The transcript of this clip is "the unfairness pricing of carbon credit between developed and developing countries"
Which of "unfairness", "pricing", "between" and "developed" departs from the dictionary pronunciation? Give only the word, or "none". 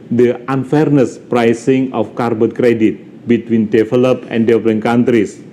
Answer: developed